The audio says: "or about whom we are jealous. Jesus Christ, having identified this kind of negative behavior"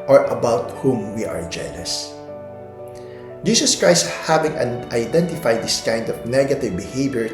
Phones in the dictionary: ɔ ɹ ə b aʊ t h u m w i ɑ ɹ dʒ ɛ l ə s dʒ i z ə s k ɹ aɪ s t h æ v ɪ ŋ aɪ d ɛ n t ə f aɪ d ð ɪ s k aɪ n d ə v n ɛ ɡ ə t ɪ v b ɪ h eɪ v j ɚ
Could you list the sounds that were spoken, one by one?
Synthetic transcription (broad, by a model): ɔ ɹ ə b aʊ t h u m w i ɑ ɹ dʒ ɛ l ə s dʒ i s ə s k ɹ aɪ s t h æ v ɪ ŋ aɪ d ɛ n t ə f aɪ d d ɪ s k aɪ n d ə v n ɛ ɡ ə t ɪ v b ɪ h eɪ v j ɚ